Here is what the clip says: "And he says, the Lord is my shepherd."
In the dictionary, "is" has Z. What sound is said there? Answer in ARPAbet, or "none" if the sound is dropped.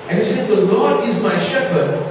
Z